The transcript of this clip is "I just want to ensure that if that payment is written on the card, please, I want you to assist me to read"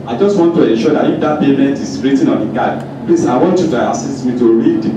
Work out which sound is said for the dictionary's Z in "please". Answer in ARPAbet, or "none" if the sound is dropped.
S